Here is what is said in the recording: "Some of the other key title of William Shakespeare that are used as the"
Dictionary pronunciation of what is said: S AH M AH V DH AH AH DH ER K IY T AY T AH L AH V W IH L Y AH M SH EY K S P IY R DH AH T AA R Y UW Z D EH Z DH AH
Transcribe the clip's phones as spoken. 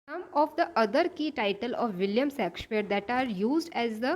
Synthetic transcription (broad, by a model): S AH M AH V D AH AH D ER K IY T AY T AH L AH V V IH L Y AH M S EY K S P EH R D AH T AA R Y UW Z D EH Z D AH